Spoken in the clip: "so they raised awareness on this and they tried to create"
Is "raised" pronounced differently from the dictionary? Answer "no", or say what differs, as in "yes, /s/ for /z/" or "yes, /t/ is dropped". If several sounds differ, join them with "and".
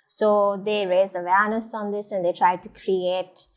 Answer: yes, /d/ is dropped